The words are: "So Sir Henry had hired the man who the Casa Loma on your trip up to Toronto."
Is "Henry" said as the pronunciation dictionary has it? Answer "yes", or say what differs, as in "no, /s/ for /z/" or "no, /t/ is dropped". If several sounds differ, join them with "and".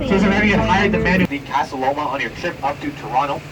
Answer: no, /n/ is dropped